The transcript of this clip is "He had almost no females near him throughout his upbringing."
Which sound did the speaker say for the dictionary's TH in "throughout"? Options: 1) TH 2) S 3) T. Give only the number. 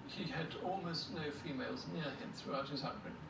1